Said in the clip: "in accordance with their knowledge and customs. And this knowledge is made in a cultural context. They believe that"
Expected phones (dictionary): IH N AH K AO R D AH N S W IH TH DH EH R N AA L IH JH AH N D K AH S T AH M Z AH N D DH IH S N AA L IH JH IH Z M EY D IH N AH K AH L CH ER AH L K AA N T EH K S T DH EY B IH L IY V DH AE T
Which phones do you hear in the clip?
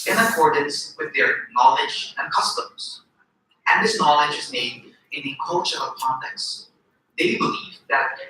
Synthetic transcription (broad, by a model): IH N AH K AO R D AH N S W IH DH EH R N AA L IH JH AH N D K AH S T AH M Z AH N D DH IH S N AA L IH JH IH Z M EY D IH N AH K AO CH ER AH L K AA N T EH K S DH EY B IH L IY V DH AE T